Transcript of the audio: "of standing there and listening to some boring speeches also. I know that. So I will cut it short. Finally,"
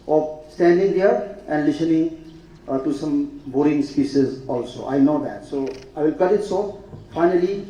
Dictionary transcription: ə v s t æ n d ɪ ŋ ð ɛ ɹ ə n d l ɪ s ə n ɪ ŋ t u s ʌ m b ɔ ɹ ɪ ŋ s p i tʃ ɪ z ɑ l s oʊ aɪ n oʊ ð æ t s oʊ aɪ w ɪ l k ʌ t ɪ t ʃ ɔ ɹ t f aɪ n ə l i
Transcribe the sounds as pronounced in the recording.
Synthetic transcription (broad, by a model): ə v s t æ n d ɪ ŋ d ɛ ɹ ə n d l ɪ s ə n ɪ ŋ t u s ʌ m b ɔ ɹ ɪ ŋ s p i s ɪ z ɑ l s oʊ aɪ n oʊ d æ t s oʊ aɪ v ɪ l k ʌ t ɪ t s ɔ f aɪ n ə l i